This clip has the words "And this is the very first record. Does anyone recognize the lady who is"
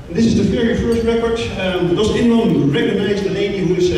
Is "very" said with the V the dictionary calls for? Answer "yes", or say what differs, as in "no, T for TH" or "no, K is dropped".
no, F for V